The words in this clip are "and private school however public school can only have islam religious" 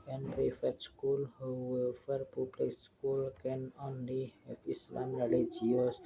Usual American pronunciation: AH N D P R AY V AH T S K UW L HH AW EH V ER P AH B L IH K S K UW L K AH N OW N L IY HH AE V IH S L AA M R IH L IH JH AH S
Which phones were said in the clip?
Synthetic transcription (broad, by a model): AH N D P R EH F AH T S K UW L HH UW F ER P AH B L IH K S K UW L K AH N OW N L IY HH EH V IH S L AA M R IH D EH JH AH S